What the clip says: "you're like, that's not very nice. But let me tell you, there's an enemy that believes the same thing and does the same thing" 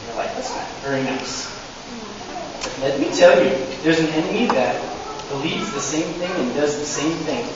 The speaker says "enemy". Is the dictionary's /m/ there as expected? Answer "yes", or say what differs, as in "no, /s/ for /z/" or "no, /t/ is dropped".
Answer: no, /m/ is dropped